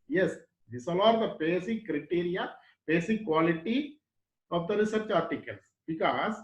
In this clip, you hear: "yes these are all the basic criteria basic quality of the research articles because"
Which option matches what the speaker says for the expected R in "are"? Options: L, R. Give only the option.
L